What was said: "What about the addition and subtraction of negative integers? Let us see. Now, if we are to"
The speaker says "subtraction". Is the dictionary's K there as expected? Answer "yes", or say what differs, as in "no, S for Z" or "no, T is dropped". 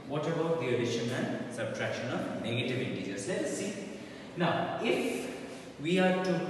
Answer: yes